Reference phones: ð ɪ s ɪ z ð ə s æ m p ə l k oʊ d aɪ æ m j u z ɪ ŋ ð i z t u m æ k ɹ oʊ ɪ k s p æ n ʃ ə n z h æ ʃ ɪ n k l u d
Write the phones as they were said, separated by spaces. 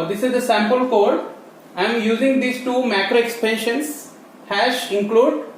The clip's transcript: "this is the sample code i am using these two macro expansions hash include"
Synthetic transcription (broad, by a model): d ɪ s ɪ z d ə s æ m p ə l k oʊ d aɪ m j u z ɪ ŋ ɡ i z t u m æ k ɹ oʊ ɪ k s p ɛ n ʃ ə n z h æ ʃ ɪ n k l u d